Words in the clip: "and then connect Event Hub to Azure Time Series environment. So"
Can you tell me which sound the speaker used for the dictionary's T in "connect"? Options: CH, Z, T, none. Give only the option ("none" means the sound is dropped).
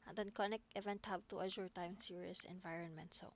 none